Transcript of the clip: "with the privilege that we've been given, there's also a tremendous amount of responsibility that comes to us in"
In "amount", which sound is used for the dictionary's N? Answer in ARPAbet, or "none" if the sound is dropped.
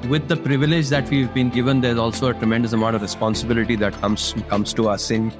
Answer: none